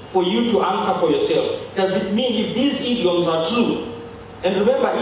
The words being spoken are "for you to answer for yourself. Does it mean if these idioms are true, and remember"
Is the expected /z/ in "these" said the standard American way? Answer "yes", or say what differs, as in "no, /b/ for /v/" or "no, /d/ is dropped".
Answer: yes